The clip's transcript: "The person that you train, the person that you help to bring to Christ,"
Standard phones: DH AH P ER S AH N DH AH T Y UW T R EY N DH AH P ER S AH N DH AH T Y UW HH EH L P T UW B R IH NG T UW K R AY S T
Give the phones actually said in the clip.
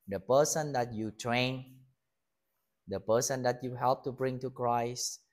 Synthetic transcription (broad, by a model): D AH P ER S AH N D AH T Y UW T R EY N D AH P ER S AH N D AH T Y UW HH EH L P T UW B R IH NG T UW K R AY S T